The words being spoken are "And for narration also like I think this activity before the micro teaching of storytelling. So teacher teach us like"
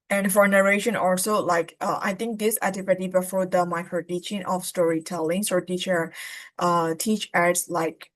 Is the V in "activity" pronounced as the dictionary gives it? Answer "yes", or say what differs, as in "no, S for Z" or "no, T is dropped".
no, P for V